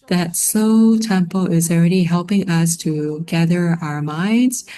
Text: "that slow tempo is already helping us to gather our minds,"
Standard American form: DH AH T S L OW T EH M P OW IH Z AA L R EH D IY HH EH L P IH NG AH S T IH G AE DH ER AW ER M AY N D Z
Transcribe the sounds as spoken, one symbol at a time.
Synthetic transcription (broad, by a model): DH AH T S OW T EH M P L IH Z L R EH D IY HH EH L P IH NG AH S T IH G AE DH ER AW ER M AY N D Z